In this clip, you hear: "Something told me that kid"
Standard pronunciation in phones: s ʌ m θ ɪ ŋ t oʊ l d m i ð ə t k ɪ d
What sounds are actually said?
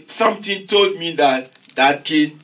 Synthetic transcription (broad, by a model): s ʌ m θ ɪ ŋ t oʊ l d m i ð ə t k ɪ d